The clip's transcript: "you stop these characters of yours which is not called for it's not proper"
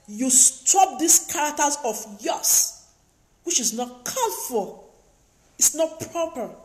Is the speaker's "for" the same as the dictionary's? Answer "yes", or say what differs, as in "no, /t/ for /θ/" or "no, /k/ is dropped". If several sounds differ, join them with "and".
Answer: no, /l/ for /ɹ/